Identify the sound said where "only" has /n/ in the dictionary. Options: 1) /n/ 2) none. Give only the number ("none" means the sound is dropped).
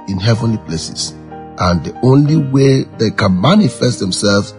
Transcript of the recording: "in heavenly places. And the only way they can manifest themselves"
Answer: 1